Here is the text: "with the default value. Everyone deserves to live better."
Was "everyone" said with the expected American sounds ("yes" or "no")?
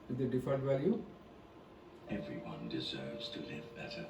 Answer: yes